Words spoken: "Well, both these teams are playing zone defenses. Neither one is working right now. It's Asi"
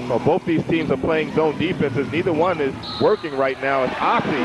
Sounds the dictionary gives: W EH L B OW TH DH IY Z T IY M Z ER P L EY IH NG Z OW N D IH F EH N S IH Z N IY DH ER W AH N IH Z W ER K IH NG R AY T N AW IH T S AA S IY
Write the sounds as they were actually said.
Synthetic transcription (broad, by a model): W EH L B OW TH DH IY Z T IY M Z ER P L EY IH NG Z OW N D IH F EH N S IH Z N IY DH ER W AH N IH Z W ER K IH NG R AY T N AW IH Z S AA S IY